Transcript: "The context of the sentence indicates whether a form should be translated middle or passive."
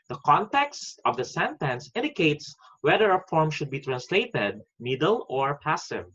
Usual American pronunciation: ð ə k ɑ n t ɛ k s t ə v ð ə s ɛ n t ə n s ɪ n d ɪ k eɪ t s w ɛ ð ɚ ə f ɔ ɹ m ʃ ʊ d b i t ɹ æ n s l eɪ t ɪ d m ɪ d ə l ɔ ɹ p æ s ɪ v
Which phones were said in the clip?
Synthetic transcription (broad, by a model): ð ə k ɑ n t ɛ k s t ə v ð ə s ɛ n t ə n s ɪ n d ɪ k eɪ t s w ɛ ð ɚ ə f ɔ ɹ m ʃ ʊ d b i t ɹ æ n s l eɪ t ɪ d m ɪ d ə l ɔ ɹ p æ s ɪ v